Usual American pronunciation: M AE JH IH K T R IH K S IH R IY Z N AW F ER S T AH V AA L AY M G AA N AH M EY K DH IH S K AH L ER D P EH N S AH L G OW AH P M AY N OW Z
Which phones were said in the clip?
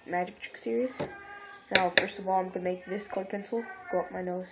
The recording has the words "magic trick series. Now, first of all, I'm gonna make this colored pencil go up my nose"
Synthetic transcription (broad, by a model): M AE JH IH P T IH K S IH R IY Z N AW F ER S T AH V AA L AY M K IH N M EY K DH IH S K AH IH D P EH N S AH L G OW AH P M AY N OW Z